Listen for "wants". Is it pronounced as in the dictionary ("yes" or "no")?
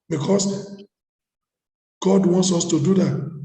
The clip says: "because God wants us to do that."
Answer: yes